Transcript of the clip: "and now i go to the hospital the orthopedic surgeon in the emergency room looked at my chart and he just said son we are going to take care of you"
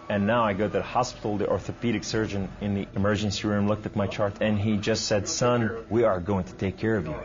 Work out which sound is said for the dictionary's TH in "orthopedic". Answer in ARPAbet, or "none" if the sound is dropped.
TH